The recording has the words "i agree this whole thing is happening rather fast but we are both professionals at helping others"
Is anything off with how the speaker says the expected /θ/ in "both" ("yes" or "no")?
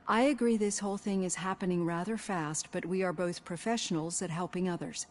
no